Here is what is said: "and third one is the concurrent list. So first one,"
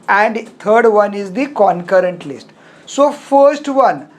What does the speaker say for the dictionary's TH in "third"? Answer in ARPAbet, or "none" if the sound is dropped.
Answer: T